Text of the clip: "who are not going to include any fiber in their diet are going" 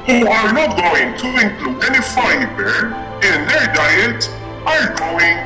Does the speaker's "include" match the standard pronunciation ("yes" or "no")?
no